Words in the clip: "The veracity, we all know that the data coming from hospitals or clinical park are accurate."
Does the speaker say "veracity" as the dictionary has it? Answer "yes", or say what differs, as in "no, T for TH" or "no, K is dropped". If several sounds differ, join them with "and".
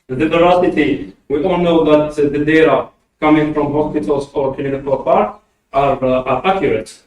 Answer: no, B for V